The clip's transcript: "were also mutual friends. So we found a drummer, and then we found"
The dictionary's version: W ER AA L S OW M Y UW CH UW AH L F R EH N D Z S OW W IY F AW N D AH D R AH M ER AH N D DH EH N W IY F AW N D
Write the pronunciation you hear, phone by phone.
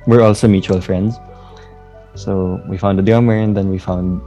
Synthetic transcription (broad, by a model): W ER AA L S OW M Y UW CH UW AH L F R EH N D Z S OW W IY F AW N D AH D AH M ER AH N D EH N W IY F AW N D